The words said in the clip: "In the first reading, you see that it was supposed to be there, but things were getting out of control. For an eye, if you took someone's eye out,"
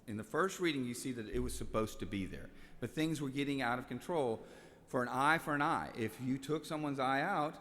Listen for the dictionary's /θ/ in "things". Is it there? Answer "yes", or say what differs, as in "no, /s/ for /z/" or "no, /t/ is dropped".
yes